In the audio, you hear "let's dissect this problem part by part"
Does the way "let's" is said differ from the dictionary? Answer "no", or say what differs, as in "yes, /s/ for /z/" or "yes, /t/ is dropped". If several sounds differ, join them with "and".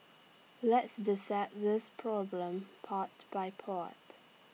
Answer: no